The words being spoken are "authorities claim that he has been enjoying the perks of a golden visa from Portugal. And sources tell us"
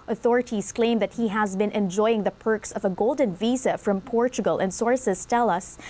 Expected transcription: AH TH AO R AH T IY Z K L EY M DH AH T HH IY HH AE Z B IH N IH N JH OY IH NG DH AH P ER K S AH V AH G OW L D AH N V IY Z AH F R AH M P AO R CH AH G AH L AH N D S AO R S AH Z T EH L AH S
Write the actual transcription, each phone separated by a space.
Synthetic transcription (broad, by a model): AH TH AO R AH T IY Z K L EY M DH AH T HH IY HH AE Z B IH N IH N JH OY IH NG DH AH P ER K S AH V AH G OW L D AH N V IY Z AH F R AH M P AO R CH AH G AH L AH N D S AO R S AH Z T EH L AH S